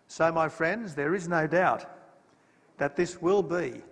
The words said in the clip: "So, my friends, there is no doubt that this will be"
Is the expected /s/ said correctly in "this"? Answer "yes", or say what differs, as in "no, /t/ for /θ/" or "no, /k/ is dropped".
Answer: yes